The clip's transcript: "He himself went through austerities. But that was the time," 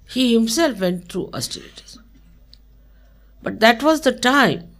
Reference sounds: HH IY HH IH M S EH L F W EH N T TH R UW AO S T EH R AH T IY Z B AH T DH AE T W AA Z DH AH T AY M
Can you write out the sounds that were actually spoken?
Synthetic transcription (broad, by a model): HH IY HH IH M S EH L F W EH N T T R UW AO S T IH L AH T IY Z B AH T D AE T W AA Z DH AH T AY M